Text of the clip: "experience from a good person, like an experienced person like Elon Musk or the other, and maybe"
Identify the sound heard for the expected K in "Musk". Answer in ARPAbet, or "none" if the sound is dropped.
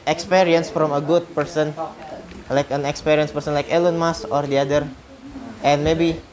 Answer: none